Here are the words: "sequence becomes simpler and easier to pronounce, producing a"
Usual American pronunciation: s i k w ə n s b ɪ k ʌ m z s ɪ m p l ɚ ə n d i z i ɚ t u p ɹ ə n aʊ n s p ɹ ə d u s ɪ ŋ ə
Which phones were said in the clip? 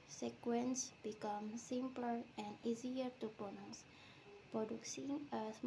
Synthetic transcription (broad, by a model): s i k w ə n s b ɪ k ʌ m s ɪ m p l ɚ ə n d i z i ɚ t u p ə n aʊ s p ɹ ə d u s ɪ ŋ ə